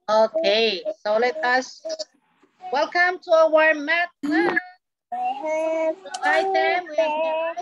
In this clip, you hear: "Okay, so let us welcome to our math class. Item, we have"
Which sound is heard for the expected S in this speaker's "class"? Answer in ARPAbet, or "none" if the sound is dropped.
none